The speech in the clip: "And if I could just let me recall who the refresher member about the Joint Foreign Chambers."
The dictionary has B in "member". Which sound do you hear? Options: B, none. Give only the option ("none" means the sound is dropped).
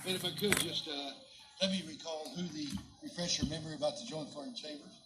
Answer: none